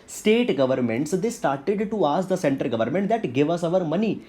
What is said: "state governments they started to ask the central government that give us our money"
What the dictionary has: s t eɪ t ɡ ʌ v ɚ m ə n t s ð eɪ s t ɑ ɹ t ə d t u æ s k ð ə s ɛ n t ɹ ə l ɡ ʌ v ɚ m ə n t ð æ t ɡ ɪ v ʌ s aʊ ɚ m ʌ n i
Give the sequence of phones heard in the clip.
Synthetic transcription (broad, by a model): s t eɪ t ɡ ʌ v ɚ m ə n t s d eɪ s t ɑ ɹ t ə d t u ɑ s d ə s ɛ n t ə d ɡ ʌ v ɚ m ə n t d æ t ɡ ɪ v ʌ s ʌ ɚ m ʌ n i